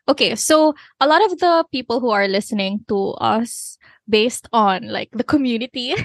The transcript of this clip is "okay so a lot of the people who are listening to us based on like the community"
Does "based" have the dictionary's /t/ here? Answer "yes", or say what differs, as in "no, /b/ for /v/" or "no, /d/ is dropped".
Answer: yes